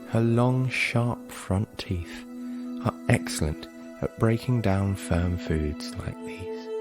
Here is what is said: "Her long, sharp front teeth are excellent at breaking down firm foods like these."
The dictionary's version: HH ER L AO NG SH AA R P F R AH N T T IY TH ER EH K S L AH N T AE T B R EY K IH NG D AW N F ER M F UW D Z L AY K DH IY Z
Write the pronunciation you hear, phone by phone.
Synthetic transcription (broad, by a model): HH ER L AO NG SH AA R P F R AH N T T IY TH ER EH K S L AH N T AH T B R EY K IH NG D AW N F ER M F UW D Z L AY K DH IY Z